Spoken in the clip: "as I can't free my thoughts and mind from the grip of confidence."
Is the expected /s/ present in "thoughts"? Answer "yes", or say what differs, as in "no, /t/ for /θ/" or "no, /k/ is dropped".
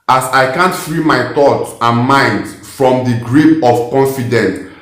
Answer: no, /s/ is dropped